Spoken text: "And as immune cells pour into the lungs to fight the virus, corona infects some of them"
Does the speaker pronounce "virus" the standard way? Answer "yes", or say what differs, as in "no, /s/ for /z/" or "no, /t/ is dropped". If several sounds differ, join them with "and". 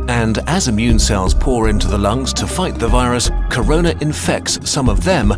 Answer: yes